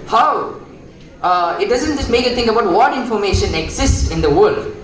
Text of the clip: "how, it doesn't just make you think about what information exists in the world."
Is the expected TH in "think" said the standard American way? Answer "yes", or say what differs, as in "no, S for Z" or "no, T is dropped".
no, T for TH